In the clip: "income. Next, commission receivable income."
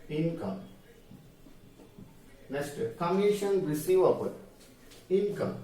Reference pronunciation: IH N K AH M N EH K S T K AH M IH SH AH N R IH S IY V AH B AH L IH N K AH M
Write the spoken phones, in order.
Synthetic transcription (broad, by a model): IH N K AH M N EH S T K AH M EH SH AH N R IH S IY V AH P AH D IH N K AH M